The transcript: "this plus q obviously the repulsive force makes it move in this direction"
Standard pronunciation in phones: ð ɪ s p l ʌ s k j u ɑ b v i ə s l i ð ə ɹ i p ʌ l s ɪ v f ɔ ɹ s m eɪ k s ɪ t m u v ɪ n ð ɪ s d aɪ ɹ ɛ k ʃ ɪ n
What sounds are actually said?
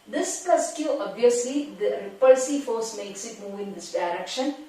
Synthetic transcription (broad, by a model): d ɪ s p ʌ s k j u ɑ b v i ə s l i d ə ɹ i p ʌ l s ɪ f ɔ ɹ s m eɪ k s ɪ t m u v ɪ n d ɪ s d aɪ ɹ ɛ k ʃ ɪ n